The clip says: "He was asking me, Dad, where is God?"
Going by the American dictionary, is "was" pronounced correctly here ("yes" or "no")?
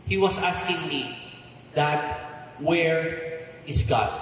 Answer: no